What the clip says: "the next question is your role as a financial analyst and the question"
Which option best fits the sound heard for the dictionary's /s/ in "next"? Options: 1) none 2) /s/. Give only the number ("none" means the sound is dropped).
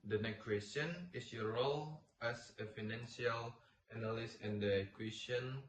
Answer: 1